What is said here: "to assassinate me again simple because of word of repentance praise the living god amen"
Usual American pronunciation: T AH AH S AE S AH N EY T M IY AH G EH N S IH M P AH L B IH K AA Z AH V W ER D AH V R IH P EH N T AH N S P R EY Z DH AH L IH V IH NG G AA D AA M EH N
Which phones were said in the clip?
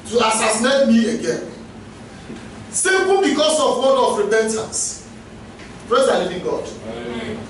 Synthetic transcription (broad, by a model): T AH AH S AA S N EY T M IY AH G EH N S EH P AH N B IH K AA S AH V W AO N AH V R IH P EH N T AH N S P R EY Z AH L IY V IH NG G AA D